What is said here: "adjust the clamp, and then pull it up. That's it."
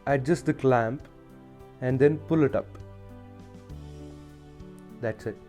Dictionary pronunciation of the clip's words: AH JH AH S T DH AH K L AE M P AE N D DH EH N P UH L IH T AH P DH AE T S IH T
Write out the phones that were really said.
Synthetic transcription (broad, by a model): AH JH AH S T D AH K L AE M P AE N D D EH N P UH L IH T AH P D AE T S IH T